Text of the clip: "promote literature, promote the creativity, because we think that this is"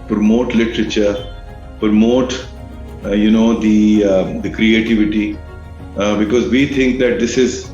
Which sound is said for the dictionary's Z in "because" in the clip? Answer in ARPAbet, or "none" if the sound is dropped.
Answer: Z